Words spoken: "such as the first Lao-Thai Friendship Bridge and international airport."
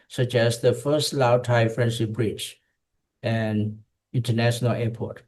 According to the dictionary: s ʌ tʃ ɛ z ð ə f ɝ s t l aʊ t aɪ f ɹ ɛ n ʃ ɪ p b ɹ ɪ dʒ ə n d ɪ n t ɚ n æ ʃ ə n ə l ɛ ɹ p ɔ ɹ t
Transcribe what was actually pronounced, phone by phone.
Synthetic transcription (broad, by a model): s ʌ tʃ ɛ s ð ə f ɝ s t l aʊ t aɪ f ɹ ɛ n s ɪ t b ɹ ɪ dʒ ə n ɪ n t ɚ n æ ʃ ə n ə l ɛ p ɔ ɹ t